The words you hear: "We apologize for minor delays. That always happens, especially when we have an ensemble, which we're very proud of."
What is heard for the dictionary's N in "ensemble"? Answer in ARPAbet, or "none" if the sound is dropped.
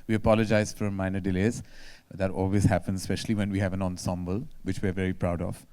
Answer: N